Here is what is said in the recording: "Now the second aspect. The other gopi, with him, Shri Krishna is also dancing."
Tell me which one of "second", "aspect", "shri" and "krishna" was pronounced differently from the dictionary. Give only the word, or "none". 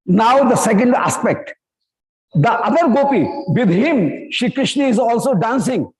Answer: shri